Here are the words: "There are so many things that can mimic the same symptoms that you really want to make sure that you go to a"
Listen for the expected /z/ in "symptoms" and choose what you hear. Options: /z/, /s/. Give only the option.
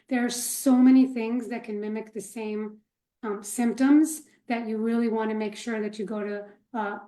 /z/